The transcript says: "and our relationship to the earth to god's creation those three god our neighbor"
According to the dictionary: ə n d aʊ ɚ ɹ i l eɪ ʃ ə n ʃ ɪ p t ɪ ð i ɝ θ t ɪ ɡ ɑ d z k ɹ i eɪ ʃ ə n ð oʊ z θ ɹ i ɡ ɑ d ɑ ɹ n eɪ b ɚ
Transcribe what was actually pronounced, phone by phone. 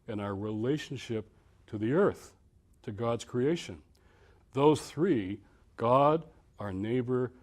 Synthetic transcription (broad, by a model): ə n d aʊ ɚ ɹ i l eɪ ʃ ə n ʃ ɪ p t ɪ ð i ɝ θ t ɪ ɡ ɑ d z k ɹ i eɪ ʃ ə n ð oʊ z θ ɹ i ɡ ɑ d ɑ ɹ n eɪ b ɚ